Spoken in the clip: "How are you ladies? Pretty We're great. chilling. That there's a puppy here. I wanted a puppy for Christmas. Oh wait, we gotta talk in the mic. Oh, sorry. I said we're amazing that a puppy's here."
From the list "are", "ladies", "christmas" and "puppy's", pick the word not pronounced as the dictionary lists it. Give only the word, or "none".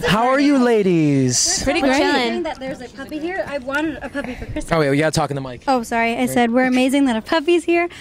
christmas